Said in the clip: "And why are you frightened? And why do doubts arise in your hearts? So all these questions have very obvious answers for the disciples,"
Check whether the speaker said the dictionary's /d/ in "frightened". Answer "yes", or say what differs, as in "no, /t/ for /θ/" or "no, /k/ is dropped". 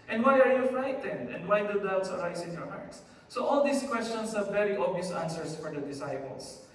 yes